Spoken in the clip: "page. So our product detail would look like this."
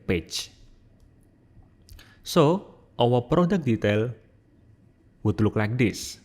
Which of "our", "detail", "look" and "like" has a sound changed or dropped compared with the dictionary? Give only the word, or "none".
our